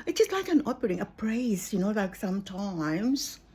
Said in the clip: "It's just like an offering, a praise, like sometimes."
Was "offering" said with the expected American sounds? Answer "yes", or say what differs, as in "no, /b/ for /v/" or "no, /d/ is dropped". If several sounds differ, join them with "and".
no, /p/ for /f/